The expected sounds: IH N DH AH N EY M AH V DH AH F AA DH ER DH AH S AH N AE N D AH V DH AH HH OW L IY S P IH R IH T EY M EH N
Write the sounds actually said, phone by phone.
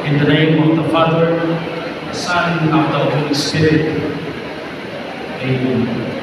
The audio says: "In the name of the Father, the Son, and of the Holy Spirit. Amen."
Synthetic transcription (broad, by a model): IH N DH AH N EY M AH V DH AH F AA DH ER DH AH S AH N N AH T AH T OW IY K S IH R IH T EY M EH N